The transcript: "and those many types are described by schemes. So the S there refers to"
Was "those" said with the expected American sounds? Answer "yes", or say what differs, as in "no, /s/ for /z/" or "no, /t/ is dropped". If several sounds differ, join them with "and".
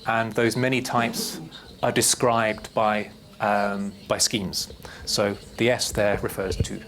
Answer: yes